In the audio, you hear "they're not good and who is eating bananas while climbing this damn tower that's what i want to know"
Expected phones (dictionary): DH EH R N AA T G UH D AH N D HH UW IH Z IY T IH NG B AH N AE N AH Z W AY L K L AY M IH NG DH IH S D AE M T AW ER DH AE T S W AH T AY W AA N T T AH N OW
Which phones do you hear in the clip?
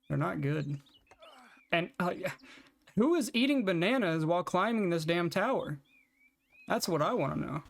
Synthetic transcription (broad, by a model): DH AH R N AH T G UH D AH N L HH UW IH Z IY T IH NG B AH N AE N AH Z W AY L K L AY M IH NG DH IH S D AE M T AW ER DH AE T S W AH T AY W AA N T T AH N OW